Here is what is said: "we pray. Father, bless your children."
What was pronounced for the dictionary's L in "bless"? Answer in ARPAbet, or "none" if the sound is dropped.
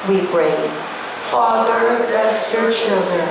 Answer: none